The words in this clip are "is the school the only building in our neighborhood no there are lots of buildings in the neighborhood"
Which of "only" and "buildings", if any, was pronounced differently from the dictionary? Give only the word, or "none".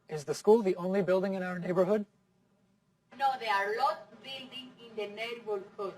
buildings